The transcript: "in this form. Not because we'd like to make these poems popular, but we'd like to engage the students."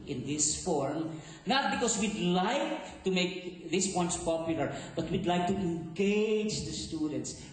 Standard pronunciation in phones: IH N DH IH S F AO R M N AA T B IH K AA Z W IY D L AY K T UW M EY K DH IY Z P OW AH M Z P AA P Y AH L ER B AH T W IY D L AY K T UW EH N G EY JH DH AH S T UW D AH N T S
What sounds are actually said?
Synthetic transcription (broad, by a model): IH N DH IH S F AO R M N AA T B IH K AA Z W IY D L AY K T UW M EY K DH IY S P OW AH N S P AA P Y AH L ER B AH T W IY D L AY K T UW EH N G EY JH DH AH S T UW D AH N T S